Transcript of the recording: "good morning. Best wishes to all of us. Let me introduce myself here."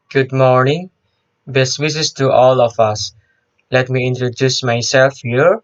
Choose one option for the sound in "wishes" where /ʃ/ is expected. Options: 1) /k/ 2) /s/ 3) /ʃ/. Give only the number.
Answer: 2